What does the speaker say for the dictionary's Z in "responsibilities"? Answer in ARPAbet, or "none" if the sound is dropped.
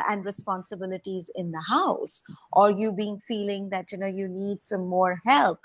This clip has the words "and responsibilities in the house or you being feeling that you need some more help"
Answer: Z